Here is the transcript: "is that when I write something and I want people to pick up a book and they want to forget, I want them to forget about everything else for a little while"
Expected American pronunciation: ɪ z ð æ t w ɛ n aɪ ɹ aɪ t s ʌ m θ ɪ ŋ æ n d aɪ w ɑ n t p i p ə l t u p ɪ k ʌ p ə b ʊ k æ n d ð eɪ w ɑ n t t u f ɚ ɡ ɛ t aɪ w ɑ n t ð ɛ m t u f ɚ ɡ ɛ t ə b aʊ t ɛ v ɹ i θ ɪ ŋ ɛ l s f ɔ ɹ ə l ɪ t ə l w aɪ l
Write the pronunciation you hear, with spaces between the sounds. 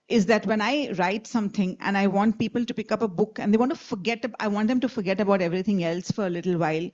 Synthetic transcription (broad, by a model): ɪ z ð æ t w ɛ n aɪ ɹ aɪ t s ʌ m t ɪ ŋ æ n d aɪ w ɑ n t p i p ə l t u p ɪ k ʌ p ə b ʊ k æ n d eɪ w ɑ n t t u f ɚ ɡ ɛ t aɪ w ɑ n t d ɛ m t u f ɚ ɡ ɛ t ə b aʊ t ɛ v ɹ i t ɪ ŋ ɛ l s f ɔ ɹ ə l ɪ t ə l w aɪ l